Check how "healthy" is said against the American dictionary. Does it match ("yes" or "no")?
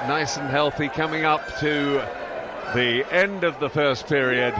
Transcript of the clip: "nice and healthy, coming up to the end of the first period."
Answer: yes